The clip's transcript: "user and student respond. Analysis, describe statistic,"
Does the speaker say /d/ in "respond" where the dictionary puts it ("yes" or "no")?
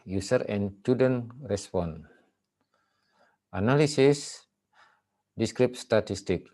no